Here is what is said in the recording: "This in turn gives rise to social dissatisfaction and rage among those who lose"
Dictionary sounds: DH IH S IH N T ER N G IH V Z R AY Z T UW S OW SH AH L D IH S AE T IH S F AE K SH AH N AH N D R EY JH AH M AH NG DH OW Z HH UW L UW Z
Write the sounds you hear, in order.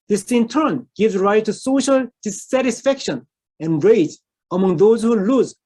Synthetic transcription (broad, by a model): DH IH S IH N T ER N G IH V Z R AY T UW S OW SH AH L D IH S AE T IH S F AE K SH AH N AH N R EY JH AH M AH NG DH OW Z HH UW L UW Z